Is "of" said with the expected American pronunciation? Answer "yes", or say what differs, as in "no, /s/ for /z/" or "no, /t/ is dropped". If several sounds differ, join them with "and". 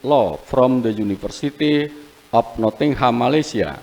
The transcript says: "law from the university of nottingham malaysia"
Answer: no, /p/ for /v/